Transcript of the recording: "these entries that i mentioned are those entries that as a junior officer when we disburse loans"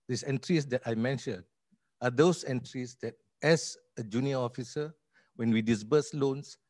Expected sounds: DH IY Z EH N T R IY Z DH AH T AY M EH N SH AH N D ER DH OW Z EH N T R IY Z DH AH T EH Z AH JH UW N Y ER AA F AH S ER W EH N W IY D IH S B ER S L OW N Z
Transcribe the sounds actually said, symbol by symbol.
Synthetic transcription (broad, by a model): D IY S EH N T R IY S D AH T AY M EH N SH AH N AA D OW S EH N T R IY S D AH T EH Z AH JH UW N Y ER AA F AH S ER W EH N W IY D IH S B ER S L OW N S